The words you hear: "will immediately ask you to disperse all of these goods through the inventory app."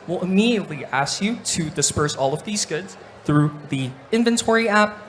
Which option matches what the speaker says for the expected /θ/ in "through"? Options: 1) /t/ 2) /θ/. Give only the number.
2